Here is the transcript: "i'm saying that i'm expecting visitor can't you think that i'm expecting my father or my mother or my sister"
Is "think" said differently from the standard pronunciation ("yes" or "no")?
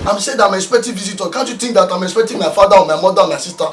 yes